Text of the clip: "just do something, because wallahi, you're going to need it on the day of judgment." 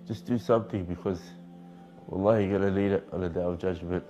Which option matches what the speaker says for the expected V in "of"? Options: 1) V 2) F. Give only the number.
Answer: 1